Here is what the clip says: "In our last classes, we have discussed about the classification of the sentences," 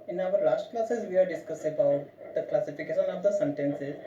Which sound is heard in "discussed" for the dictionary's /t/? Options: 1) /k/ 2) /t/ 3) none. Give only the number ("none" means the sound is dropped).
3